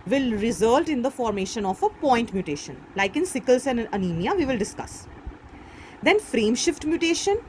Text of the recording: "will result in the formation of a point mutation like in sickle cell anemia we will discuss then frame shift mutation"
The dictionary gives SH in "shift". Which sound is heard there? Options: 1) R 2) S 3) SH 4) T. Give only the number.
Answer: 3